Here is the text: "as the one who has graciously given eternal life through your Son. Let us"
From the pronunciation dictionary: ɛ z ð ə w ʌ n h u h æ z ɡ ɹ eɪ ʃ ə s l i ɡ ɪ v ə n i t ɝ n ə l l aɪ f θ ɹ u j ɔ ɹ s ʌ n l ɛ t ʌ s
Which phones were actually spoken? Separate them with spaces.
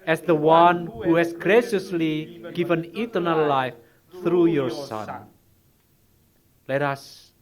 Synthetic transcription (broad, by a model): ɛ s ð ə w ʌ n h u h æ s ɡ ɹ eɪ ʃ ə s l i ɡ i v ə n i t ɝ n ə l l aɪ f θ ɹ u j ɔ ɹ s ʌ n l ɛ t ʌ s